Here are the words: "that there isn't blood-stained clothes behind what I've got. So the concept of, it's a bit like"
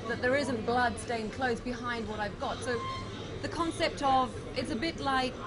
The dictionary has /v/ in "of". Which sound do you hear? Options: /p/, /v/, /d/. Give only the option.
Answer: /v/